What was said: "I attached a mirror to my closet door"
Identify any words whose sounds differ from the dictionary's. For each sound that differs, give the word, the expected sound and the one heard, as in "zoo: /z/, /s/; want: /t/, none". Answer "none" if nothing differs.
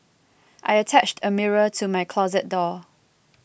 none